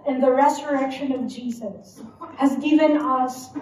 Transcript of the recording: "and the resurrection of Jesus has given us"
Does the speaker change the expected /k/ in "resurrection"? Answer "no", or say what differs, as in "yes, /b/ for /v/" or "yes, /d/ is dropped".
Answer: no